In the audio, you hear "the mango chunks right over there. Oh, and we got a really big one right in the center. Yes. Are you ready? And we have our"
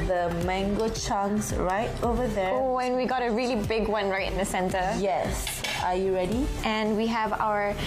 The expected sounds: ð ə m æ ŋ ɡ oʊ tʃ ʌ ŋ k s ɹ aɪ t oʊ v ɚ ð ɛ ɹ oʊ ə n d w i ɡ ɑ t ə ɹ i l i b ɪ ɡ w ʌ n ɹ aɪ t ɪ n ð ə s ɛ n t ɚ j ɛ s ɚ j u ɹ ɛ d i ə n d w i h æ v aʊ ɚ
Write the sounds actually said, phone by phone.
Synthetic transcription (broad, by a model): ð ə m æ ŋ ɡ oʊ tʃ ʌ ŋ s ɹ aɪ t oʊ v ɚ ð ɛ oʊ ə n w i ɡ ɑ t ə ɹ i l i b ɪ ɡ w ʌ n ɹ aɪ t ɪ n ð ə s ɛ n t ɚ j ɛ s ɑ j u ɹ ɛ d i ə n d w i h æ v aʊ ɚ